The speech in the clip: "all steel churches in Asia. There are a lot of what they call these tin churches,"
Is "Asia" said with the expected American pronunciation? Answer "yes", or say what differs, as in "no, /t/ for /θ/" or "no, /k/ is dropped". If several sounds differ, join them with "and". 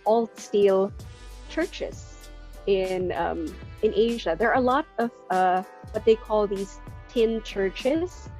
yes